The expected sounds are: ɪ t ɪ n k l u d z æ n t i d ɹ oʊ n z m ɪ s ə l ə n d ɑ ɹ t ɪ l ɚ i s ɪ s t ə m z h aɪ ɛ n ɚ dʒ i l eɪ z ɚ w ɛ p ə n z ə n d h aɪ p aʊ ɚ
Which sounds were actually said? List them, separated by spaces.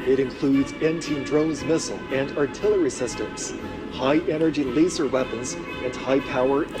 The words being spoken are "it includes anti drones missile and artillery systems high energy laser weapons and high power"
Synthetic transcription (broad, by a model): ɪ t ɪ n k l u d z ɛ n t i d ɹ oʊ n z m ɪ s l ə n d ɑ ɹ t ɪ l ɚ i s ɪ s t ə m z h aɪ ɛ n ɚ dʒ i l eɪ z ɚ w ɛ p ə n z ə n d h aɪ p aʊ ɚ